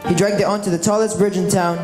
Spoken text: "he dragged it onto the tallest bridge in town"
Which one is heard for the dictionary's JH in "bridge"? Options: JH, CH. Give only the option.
JH